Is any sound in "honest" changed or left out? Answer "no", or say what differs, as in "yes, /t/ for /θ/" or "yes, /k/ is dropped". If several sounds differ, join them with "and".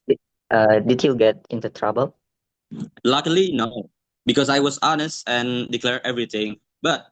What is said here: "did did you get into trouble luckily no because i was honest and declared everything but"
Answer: no